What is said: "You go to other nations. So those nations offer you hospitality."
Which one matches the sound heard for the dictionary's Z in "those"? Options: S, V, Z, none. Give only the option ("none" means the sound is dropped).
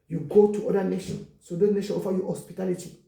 none